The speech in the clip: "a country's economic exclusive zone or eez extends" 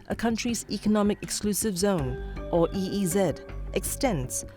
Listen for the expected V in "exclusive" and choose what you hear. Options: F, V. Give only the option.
V